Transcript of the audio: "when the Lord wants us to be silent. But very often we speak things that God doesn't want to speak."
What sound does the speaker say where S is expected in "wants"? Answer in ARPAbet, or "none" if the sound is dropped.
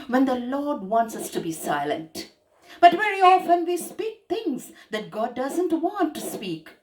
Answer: S